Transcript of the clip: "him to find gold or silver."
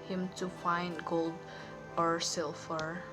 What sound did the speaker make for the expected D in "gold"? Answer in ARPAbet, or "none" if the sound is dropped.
D